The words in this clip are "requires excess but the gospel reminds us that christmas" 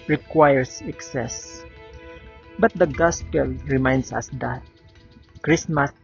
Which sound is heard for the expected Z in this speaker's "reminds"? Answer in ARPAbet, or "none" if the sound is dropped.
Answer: S